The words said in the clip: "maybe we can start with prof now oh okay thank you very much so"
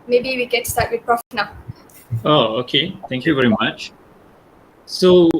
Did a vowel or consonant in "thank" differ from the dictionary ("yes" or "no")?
yes